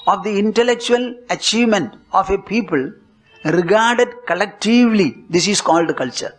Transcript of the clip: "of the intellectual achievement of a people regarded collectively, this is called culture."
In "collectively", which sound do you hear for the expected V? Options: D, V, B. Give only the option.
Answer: V